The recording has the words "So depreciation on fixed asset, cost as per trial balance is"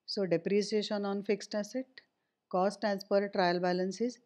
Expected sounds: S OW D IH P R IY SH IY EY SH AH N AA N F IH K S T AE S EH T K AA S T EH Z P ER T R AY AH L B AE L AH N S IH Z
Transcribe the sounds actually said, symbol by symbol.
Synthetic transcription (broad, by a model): S OW D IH P R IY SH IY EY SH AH N AA N F IH K S T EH S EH T K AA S T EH S P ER T R AY AH L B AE L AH N S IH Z